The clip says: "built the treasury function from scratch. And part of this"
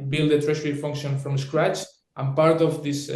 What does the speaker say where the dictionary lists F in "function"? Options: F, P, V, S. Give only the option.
F